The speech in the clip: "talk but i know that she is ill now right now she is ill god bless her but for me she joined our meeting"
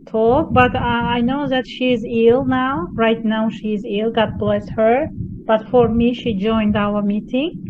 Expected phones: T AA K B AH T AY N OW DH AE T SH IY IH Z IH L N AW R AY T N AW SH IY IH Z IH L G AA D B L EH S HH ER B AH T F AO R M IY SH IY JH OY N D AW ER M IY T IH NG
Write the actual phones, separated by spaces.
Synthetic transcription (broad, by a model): T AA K B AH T AY N OW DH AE T SH IY IH Z IH L N AW R AY T N AW SH IY IH Z IH L G AA D B L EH S HH ER B AH T F AO R M IY SH IY JH OY N D AW ER M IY T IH NG